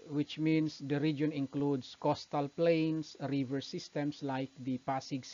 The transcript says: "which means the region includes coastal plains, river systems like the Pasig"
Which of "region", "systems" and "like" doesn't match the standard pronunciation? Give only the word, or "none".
systems